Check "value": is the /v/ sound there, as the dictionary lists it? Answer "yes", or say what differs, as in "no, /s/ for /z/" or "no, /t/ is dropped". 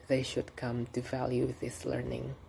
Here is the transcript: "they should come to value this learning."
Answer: yes